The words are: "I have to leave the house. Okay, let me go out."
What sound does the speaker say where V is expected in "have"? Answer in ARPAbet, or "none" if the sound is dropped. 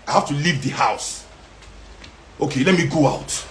F